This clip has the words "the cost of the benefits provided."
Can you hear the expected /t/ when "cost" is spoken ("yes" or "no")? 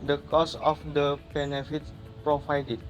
no